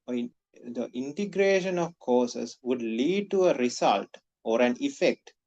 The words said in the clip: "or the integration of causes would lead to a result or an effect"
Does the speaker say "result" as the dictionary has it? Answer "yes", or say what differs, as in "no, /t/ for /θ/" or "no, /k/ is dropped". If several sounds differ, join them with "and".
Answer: no, /s/ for /z/